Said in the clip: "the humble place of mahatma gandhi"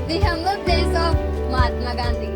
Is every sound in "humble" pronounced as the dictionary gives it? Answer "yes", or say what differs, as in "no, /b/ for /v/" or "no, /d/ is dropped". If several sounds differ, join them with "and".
no, /b/ is dropped